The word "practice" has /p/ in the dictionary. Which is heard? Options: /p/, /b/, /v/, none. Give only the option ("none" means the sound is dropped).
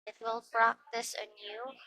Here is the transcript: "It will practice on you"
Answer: /b/